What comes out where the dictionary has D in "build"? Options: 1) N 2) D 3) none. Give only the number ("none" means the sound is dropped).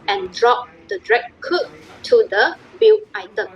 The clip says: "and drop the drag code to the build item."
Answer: 3